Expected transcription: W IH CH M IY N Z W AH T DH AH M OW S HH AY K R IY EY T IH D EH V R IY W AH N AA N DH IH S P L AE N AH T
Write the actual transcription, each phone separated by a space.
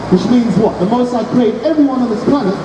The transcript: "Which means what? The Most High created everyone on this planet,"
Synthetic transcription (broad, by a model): W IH CH M IY N Z W AH T DH AH M OW S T AY K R IY EY IH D EH V R IY W AH N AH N DH IH S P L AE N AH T